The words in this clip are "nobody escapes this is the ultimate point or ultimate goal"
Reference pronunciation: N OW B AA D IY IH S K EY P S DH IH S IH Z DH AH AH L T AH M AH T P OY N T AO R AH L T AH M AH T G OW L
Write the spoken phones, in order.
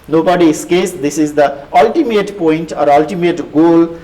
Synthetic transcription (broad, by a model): N OW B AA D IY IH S K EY S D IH S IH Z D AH AH L T AH M AH T P OY N T AO R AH L T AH M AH T G OW L